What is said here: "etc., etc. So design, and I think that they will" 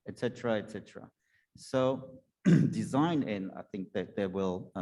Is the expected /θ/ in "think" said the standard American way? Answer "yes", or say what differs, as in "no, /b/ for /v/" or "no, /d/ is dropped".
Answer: yes